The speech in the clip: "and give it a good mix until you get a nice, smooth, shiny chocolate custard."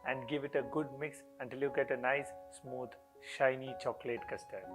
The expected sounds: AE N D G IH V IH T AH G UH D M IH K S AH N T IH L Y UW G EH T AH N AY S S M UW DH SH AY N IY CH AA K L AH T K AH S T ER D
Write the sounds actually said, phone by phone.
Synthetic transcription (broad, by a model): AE N D G IH V IH T AH G UH D M IH K S AH N T IH L Y UW G EH T AH N AY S S M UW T SH AY N IY CH AA K L AH T K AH S T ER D